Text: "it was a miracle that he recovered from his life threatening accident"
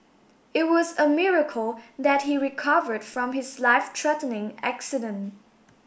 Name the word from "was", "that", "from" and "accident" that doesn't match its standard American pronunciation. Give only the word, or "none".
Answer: none